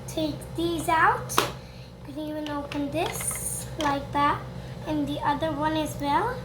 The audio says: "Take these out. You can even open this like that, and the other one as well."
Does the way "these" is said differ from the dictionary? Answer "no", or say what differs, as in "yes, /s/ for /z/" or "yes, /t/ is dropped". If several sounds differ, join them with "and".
no